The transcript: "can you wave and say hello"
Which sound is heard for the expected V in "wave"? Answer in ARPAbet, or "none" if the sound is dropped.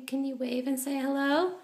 V